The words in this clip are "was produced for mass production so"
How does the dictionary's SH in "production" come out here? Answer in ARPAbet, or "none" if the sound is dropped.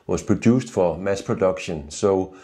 SH